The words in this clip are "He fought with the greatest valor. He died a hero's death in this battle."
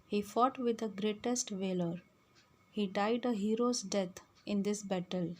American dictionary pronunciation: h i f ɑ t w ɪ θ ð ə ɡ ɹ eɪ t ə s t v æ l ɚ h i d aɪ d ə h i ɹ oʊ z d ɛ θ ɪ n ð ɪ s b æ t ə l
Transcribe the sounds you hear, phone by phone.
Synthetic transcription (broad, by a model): h i f ɑ t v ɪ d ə ɡ ɹ eɪ t ə s t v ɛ l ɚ h i d aɪ d ə h i ɹ oʊ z d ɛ t ɪ n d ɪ s b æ t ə l